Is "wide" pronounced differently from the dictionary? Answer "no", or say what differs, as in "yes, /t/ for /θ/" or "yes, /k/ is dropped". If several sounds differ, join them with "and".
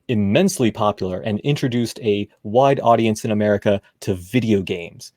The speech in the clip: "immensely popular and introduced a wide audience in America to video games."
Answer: no